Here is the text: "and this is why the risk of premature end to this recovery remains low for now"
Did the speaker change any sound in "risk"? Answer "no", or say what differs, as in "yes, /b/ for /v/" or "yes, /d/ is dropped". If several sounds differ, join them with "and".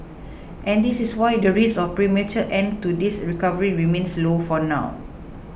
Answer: yes, /k/ is dropped